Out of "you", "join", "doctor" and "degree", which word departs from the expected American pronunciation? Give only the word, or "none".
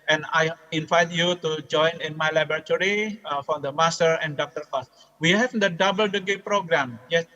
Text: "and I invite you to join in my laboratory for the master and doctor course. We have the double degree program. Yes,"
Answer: degree